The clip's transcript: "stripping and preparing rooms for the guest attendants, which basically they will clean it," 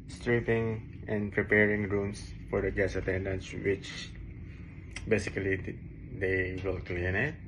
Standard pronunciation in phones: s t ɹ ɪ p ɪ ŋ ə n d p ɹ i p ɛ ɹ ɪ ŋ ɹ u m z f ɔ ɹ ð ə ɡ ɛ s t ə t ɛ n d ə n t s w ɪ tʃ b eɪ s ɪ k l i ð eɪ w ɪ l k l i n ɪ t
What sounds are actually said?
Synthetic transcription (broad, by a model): s t ɹ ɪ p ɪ ŋ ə n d p ɹ i p ɛ ɹ ɪ ŋ ɹ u m s f ɔ ɹ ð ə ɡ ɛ s ə t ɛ n d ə n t s w ɪ tʃ b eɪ s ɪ k l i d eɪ w ɪ l k l i n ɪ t